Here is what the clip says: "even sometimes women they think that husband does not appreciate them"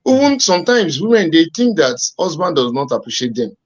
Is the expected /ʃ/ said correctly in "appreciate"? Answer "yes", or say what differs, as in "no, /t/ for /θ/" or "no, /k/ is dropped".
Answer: yes